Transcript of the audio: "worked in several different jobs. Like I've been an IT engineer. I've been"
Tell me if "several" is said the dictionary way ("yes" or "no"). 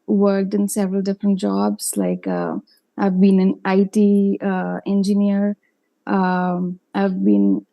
yes